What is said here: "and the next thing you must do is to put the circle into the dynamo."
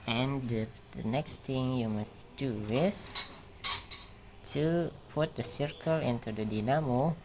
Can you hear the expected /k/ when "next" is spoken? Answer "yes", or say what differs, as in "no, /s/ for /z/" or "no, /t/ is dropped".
yes